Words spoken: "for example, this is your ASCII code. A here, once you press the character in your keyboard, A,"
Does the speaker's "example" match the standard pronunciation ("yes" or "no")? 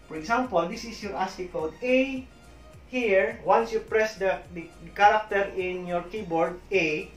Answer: no